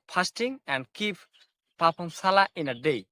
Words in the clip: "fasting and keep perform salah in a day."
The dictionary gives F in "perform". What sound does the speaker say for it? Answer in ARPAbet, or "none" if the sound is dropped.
P